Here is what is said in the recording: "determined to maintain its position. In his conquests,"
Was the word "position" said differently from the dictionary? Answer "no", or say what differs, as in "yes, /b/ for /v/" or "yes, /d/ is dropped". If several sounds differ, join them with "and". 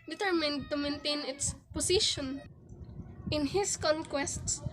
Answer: yes, /s/ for /z/